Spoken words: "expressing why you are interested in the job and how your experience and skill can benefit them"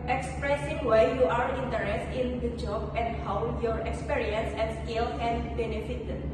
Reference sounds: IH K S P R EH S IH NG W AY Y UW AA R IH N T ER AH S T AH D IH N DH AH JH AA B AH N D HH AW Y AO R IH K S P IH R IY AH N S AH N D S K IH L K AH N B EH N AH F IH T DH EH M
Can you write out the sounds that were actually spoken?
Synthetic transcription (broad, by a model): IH K S P R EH S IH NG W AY Y UW AA R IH N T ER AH S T IH N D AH JH AA B AH N D HH AW Y AO R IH K S P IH R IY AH N S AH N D S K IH L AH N B EH N AH F IH T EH